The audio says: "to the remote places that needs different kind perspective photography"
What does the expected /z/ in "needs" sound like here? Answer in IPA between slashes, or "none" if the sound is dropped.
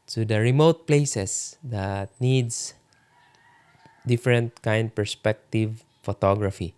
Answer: /s/